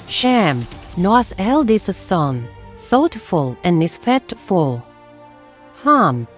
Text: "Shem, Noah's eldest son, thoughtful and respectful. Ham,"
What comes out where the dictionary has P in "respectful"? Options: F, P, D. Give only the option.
F